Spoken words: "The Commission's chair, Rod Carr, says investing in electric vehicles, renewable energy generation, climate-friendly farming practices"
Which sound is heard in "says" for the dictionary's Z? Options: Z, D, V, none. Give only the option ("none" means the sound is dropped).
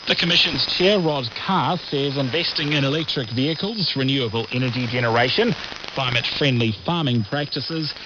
Z